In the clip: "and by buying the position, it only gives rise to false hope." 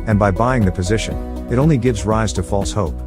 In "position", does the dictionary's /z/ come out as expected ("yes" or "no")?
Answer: yes